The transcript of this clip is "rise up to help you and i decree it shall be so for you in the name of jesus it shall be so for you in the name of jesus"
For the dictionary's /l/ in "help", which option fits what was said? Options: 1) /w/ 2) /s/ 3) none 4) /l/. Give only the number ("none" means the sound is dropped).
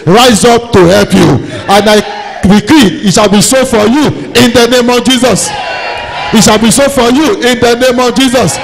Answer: 4